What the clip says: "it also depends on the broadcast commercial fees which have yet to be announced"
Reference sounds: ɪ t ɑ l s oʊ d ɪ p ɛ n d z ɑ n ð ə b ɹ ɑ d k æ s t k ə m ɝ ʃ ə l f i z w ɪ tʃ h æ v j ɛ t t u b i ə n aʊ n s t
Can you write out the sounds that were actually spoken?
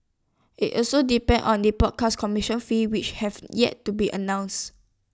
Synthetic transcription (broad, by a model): ɪ t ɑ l s oʊ d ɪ p ɛ n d ɑ n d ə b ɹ ɑ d k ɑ s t k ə m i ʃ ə n f i w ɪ tʃ h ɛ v j ɛ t t u b i ə n aʊ n s t